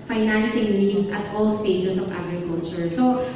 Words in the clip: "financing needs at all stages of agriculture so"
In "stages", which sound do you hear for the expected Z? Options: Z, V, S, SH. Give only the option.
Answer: S